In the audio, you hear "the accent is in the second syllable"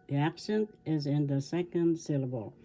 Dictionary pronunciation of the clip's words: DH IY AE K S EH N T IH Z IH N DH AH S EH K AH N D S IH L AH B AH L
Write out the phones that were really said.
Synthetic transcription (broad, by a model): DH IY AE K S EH N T IH Z IH N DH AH S EH K AH N D S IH L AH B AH L